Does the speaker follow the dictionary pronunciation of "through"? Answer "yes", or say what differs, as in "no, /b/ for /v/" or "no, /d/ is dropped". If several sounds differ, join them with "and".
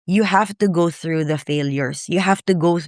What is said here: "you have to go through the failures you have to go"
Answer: yes